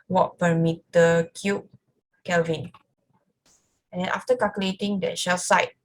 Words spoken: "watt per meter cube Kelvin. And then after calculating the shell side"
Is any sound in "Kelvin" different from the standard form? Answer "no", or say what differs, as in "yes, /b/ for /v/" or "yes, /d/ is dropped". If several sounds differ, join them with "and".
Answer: no